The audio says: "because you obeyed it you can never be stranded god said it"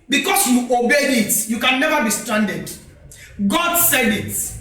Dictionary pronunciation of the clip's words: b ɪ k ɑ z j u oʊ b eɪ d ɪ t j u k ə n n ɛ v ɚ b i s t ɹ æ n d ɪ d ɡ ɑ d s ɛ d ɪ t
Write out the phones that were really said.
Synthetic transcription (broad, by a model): b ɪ k ɑ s j u oʊ b eɪ ɪ t j u k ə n n ɛ v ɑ b i s t ɹ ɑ n d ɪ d ɡ ɑ d s ɛ d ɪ t